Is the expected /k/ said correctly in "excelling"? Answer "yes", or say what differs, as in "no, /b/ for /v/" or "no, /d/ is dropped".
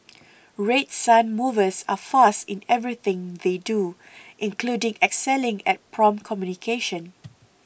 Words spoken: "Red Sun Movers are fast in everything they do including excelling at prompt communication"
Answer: yes